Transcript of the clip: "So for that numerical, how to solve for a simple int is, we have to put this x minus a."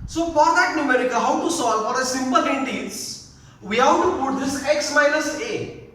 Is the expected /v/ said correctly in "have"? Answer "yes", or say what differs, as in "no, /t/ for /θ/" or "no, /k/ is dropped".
no, /w/ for /v/